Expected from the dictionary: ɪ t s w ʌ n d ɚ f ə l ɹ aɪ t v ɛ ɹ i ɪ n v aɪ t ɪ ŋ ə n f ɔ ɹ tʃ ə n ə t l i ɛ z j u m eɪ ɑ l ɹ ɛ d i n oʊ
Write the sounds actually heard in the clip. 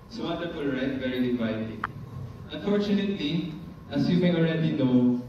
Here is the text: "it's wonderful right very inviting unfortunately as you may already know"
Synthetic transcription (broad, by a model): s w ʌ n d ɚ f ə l ɹ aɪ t v ɛ ɹ i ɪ v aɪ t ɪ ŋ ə n f ɔ ɹ tʃ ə n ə t l i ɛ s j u m eɪ ɑ l ɹ ɛ d i n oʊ